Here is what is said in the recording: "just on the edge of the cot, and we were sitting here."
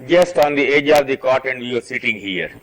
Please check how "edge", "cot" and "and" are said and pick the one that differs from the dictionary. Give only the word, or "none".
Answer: none